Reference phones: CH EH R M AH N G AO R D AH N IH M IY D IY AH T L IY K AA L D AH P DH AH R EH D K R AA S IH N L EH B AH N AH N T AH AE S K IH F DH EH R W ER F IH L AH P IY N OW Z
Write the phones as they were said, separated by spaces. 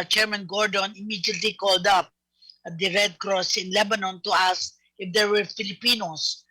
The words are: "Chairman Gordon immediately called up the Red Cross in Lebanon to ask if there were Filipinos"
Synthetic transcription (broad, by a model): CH EH R M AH N G AO R D AH N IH M IY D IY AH T L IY K AA L D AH P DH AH R EH D K R AA S IH N L EH B AH N AH N T AH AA S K IH F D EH R W ER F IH L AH P IY N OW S